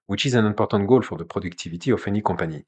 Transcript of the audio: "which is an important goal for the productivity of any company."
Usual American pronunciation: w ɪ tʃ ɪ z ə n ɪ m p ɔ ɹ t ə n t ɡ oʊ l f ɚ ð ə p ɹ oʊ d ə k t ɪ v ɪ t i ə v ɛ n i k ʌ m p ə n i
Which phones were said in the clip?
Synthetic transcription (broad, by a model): w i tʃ ɪ z ə n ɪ p ɔ ɹ t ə t ɡ oʊ l f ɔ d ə p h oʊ d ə k t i v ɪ t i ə f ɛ n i k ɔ p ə n i